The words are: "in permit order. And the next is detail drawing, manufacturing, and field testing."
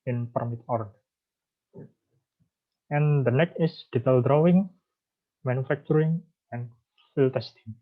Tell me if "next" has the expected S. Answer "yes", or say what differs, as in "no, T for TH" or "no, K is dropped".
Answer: no, S is dropped